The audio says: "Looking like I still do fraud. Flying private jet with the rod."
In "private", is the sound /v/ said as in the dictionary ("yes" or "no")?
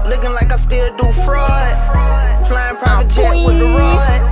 no